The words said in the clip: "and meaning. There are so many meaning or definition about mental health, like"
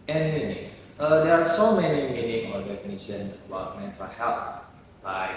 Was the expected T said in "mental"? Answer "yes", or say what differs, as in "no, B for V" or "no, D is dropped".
no, S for T